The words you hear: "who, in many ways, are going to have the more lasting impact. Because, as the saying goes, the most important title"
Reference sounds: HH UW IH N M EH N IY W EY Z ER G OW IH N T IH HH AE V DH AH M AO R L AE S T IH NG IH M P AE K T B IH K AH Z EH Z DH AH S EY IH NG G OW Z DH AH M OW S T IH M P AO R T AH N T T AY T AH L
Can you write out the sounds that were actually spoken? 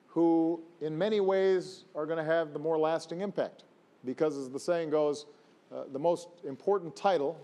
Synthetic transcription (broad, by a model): HH UW IH N M EH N IY W EY Z ER G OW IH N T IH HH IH V DH AH M AO R L AE S T IH NG IH M P AE K T B IH K AH Z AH Z DH AH S EY IH NG G OW Z DH AH M OW S T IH M P AO R T N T T AY T L